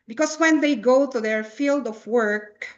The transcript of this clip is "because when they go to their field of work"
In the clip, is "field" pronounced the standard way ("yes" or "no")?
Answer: yes